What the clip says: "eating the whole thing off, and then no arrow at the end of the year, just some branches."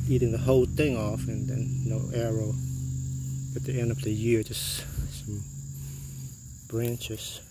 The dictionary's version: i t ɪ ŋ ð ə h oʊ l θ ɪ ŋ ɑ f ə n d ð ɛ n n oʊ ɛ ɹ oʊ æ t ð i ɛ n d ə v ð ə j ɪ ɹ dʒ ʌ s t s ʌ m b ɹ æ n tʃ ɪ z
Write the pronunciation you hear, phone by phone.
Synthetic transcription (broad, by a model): i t ɪ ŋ ð ə h oʊ l θ ɪ ŋ ɑ f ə n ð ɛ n n oʊ ɛ ɹ oʊ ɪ t ð i ɛ n d ə v ð ə j ɪ ɹ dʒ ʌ s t s ʌ m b ɹ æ n tʃ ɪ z